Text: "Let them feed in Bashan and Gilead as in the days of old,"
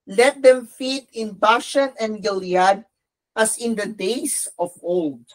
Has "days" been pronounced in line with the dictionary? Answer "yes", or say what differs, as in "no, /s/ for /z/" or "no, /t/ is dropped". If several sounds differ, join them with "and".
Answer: no, /s/ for /z/